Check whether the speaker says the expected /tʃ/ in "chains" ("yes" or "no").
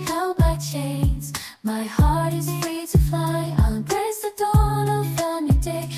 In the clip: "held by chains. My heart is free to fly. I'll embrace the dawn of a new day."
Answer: yes